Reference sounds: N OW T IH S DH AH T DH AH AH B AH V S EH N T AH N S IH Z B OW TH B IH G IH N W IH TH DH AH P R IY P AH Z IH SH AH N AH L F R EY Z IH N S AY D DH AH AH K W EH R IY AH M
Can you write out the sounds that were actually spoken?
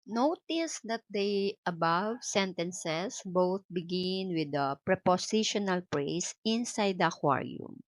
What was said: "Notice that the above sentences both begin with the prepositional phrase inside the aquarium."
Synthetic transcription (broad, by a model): N OW T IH S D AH T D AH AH B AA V S EH N T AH N S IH S B OW TH B IH G IH N W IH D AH P R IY P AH S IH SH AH N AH L P R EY S IH N S AY D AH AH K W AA R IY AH M